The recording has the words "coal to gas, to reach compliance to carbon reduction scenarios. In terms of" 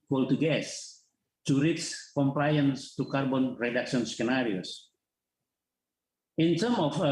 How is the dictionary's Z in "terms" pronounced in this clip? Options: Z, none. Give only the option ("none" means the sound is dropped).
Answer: none